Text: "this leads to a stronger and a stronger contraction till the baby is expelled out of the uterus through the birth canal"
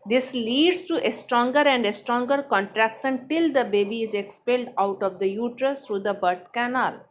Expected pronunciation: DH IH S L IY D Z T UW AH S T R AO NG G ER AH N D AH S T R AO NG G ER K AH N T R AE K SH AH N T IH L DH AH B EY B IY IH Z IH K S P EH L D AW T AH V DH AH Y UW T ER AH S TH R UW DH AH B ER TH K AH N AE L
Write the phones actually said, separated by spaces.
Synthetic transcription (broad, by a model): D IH S L IY D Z T UW AH S T R AO NG G ER AH N D AH S T R AO NG G ER K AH N T R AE K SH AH N T IH L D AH B EY B IY IH Z IH K S P EH L D AW T AH V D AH Y UW T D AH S T R UW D AH B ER T K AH N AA L